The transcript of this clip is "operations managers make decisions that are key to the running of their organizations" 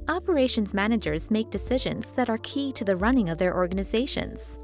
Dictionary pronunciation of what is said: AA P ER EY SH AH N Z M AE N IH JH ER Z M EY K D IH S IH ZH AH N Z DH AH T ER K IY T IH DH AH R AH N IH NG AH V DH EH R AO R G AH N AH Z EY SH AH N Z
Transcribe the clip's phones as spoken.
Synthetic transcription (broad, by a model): AA P ER EY SH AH N Z M AE N IH JH ER Z M EY K D IH S IH ZH AH N Z DH AH T ER K IY T IH DH AH R AH N IH NG AH V DH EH R AO R G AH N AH Z EY SH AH N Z